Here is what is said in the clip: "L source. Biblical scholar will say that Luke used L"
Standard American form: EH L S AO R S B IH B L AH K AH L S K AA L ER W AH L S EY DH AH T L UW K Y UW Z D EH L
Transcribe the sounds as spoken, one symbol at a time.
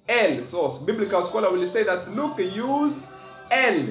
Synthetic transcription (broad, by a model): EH L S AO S B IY B L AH K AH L S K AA L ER W AH L S EY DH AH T L UW K Y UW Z EH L